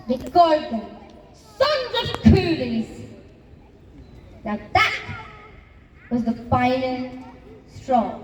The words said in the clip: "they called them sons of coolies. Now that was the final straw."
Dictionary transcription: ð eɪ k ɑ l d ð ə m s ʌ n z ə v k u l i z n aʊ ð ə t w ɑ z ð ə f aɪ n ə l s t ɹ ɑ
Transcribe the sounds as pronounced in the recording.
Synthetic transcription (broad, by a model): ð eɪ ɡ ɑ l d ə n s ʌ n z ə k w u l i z n aʊ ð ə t w ɑ z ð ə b aɪ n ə n s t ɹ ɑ